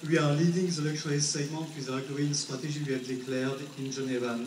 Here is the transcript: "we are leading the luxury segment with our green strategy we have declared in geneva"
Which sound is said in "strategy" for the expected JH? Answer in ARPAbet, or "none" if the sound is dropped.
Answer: ZH